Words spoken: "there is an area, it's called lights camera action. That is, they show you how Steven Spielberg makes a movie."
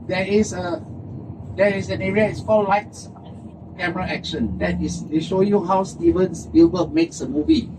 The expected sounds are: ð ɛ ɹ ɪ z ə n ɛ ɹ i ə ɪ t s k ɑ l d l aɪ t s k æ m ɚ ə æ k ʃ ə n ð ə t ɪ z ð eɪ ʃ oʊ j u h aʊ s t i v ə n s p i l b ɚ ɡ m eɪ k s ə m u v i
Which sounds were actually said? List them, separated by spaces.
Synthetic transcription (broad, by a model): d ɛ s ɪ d ə n ɛ ɹ i ə ɪ t s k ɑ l l aɪ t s k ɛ m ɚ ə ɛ k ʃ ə n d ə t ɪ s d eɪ ʃ oʊ j u h aʊ s t i v ə n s b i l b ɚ m eɪ k s ə m u v i